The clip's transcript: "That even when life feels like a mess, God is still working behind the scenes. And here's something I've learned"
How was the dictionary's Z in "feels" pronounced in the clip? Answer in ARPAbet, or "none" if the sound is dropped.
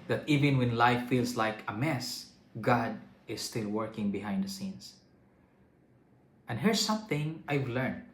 S